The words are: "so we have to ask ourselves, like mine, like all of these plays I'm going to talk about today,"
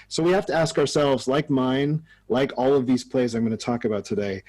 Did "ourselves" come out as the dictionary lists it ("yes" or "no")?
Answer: yes